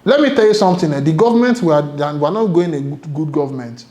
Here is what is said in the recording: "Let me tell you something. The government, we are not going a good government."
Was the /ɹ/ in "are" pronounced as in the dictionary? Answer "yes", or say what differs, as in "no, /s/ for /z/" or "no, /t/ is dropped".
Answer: no, /w/ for /ɹ/